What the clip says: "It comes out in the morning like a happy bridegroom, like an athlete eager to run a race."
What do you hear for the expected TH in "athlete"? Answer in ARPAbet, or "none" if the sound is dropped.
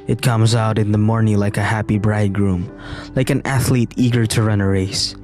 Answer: TH